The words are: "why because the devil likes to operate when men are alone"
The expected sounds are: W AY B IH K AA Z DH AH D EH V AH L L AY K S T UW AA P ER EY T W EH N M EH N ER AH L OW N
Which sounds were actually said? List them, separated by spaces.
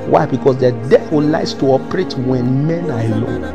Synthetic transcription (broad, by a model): W AY B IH K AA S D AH D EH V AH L L AY S T UW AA P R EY T W EH N M EH N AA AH L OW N